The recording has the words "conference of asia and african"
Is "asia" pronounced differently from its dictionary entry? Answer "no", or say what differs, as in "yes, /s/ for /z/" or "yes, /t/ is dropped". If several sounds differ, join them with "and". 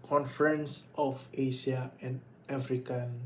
yes, /ʃ/ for /ʒ/